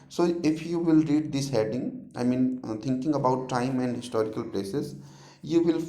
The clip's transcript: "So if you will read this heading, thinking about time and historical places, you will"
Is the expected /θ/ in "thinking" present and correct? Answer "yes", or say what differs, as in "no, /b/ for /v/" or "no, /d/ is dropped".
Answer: no, /t/ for /θ/